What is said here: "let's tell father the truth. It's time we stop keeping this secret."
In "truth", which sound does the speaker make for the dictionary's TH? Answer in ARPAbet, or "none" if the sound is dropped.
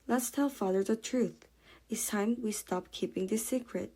TH